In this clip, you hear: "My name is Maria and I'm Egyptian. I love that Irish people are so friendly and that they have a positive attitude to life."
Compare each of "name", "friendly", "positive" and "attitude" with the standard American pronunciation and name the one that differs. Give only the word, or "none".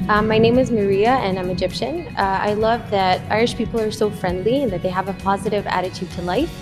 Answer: none